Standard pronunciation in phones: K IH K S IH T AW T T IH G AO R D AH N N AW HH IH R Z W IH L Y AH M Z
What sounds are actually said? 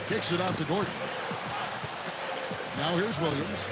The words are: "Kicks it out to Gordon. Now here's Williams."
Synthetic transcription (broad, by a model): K IH K S IH T AW T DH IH G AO R D N N AW HH IH R Z W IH L Y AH M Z